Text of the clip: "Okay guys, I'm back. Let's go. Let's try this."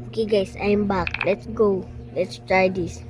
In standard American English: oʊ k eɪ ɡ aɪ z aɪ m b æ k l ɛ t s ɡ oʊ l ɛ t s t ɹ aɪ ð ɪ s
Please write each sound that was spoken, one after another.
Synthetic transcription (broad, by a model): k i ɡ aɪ s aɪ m b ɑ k l ɛ t s ɡ oʊ l ɛ t s t ɹ aɪ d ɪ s